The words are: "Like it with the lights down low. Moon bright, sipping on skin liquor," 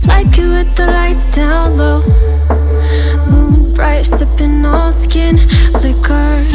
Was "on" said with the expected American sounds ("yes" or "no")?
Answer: no